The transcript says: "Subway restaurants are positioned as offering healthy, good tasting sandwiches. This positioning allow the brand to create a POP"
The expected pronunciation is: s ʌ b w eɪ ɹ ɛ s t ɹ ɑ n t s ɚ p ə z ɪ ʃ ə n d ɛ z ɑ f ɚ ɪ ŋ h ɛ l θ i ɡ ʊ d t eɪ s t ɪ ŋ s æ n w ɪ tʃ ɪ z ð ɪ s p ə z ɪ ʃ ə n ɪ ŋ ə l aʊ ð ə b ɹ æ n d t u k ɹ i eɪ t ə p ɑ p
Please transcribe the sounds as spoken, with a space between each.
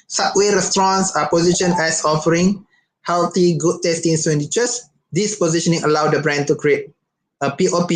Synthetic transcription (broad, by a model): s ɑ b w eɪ ɹ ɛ s t ɹ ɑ n s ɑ p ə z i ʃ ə n ɛ s ɑ f ɚ ɪ ŋ h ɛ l t i ɡ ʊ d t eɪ s t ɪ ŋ s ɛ n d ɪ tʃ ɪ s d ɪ s p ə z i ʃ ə n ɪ ŋ ə l aʊ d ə b ɹ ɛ n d t u k ɹ i eɪ t ə p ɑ p